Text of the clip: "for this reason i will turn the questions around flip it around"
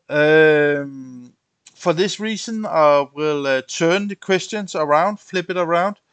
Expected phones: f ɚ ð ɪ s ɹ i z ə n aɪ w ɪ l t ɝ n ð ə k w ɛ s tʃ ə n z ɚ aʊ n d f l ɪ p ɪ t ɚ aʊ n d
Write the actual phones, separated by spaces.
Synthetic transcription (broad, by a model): f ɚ ð ɪ s ɹ i s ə n aɪ w ɪ l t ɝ n ð ə k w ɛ s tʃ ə n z ɚ aʊ n d f l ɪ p ɪ t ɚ aʊ n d